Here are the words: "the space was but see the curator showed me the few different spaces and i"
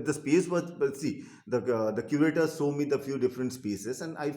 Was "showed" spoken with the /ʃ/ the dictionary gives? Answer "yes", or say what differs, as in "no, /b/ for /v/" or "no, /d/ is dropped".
no, /s/ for /ʃ/